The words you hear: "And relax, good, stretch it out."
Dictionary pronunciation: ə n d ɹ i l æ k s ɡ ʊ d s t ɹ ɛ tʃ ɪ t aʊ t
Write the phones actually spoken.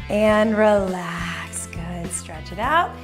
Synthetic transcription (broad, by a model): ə n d ɹ i l æ k s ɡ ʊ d s t ɹ ɛ tʃ ɪ t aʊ t